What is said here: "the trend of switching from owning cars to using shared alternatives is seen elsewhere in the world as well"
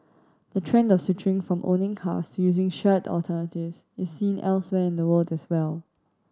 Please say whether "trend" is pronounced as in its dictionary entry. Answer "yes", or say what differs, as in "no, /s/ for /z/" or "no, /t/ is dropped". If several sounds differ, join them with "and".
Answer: yes